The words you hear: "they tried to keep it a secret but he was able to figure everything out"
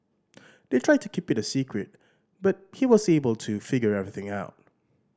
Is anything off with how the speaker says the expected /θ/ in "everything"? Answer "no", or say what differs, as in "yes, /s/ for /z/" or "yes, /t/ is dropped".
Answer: no